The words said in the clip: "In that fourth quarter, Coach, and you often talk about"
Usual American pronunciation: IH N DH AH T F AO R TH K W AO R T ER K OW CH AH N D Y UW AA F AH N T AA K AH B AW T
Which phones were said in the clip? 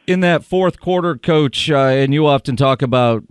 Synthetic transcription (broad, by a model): IH N DH AH T F AO R TH K W AO R T ER K OW CH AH N Y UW AA F AH N T AA K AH B AW T